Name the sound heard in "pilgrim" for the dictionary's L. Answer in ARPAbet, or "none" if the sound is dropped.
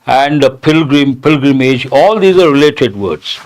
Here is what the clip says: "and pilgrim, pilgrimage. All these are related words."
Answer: L